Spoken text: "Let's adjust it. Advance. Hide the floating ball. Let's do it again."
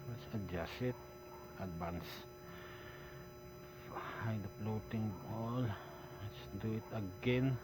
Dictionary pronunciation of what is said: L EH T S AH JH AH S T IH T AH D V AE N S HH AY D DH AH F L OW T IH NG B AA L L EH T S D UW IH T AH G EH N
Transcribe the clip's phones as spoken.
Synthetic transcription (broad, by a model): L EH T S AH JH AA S IH T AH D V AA N S HH AY D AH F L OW T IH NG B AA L L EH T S D UW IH T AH G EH N